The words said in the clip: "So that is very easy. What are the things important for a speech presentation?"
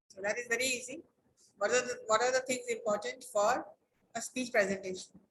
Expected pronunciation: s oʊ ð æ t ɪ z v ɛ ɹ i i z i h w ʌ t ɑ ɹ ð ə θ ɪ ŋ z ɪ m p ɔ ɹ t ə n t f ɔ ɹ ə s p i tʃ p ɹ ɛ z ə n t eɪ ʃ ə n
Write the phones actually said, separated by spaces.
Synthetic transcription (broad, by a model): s oʊ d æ t ɪ z v ɛ ɹ i i z i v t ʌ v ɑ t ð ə t ɪ ŋ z ɪ m p ɔ ɹ t ə n t f ɔ ɹ ə s p i tʃ p ɹ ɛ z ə n t eɪ ʃ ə n